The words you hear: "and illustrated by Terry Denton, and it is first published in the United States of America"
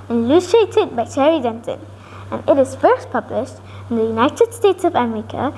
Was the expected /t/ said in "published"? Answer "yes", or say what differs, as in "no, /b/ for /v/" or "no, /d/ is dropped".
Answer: yes